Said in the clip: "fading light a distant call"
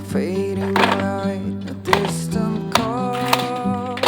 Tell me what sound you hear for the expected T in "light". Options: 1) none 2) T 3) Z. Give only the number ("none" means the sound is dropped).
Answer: 1